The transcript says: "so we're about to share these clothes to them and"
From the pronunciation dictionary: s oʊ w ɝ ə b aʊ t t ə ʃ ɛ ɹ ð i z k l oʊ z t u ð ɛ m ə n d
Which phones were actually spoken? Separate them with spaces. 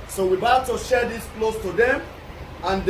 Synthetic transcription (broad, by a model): s oʊ w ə b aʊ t t ə ʃ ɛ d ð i s k l oʊ s t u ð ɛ m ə n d